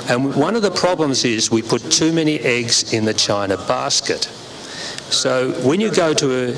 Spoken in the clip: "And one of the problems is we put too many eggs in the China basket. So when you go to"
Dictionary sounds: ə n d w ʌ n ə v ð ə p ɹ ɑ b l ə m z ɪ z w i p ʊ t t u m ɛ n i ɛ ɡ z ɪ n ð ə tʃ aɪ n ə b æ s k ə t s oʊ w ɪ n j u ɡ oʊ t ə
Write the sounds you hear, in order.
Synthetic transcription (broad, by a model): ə n w ʌ n ə v ð ə p ɹ ɑ b l ə m z ɪ z w i p ʊ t t u m ɛ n i ɛ ɡ z ɪ n ð ə tʃ aɪ n ə b æ s k ə t s oʊ w ɪ n j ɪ ɡ oʊ t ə